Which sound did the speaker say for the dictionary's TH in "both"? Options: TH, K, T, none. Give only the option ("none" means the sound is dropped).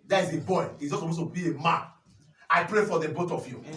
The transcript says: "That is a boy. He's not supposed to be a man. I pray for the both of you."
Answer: T